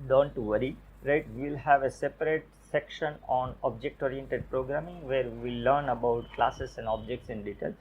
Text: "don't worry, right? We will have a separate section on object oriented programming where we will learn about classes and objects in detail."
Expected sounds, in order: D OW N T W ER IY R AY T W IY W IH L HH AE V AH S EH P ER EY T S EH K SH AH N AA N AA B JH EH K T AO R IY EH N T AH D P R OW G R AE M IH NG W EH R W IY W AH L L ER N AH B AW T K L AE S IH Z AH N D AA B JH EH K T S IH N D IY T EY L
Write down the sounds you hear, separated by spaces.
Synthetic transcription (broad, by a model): D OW N T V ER IY R AY T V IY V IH L HH AE V AH S EH P ER EY T S EH K SH AH N AA N AA B JH EH K T AO R IY EH N T AH D P R OW G R AE M IH NG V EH R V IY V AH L L ER N AH B AW T K L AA S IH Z AH N D AA B JH EH K T S IH N D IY T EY L